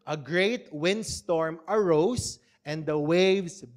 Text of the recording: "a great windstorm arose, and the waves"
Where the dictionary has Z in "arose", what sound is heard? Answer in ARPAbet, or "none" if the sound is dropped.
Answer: S